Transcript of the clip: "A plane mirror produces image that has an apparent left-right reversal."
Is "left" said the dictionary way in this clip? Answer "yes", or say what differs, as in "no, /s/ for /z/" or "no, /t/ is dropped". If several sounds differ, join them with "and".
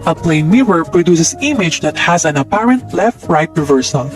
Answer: yes